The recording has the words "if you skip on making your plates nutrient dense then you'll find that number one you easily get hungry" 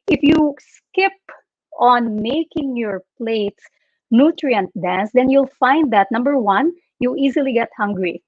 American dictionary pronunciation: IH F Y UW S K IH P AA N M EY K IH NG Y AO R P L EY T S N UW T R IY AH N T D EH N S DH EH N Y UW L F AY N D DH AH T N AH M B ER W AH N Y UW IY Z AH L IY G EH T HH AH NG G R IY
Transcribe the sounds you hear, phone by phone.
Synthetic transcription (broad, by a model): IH F Y UW S K IH P AA N M EY K IH NG Y AO R P L EY T S N UW T R IY AH N T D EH N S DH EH N Y UW L F AY N D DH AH T N AH M B ER W AH N Y UW IY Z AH L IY G EH T HH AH NG G R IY